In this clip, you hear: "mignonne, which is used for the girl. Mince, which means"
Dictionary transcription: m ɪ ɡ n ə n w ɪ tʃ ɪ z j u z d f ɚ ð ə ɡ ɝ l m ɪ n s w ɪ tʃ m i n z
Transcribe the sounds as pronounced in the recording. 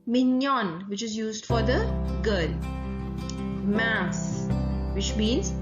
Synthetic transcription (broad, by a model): m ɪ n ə n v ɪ tʃ ɪ z j u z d f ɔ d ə ɡ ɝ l m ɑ s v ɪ tʃ m i n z